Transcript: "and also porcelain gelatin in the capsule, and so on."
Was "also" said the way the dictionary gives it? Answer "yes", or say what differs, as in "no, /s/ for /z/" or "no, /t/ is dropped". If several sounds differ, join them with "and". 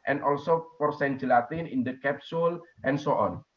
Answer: yes